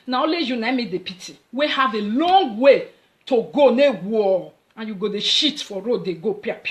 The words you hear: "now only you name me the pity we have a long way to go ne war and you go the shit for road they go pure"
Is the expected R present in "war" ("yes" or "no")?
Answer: no